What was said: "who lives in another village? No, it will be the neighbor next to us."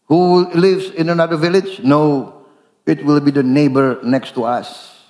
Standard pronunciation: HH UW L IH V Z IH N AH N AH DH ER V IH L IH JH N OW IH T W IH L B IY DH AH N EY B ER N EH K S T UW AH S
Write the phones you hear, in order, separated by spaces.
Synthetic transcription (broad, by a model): HH UW L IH V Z IH N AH N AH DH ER V IH L IH JH N OW IH T W IH L B IY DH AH N EY B ER N EH K S T UW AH S